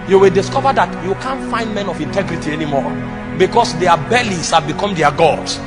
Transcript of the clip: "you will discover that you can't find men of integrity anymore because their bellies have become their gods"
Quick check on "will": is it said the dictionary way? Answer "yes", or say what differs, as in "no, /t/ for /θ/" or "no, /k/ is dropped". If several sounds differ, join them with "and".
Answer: yes